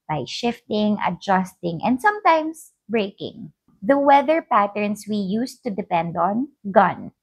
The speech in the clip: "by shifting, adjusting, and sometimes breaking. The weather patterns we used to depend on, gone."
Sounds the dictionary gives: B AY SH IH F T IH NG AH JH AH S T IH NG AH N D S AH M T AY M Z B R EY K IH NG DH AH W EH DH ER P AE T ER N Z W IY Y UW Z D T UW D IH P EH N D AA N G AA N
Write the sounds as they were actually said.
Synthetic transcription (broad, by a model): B AY SH IH F T IH NG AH JH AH S T IH NG AH N D S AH M T AY M S B R EY K IH NG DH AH W EH DH ER P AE T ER N S W IY Y UW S T UW D IH P EH N D AA N G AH N